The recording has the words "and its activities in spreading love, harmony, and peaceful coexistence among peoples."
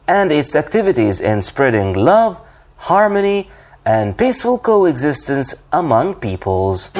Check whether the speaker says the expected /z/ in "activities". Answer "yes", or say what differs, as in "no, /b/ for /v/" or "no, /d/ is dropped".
yes